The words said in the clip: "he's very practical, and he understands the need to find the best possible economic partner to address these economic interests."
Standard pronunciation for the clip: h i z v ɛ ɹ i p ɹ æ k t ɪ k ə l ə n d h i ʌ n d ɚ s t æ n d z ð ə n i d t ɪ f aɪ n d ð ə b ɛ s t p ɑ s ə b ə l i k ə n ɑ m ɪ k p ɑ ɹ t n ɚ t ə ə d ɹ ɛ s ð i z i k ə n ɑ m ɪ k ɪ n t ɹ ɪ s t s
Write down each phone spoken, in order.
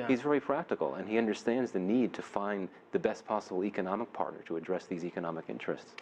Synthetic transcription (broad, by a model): h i z v ɛ ɹ i p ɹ æ k t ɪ k l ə n i ʌ n d ɚ s t æ n d z ð ə n i d t ɪ f aɪ n ð ə b ɛ s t p ɑ s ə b l i k ə n ɑ m ɪ k p ɑ ɹ t n ɚ t ə ə d ɹ ɛ s ð i z i k ə n ɑ m ɪ k ɪ n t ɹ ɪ s t s